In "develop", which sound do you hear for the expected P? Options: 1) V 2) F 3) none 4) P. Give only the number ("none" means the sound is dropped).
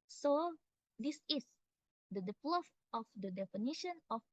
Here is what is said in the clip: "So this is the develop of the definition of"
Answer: 2